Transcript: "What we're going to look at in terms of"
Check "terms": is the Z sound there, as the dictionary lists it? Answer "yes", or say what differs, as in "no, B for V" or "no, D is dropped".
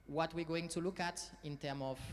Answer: no, Z is dropped